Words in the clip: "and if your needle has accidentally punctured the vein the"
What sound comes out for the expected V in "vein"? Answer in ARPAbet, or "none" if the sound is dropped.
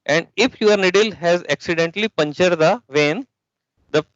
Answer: V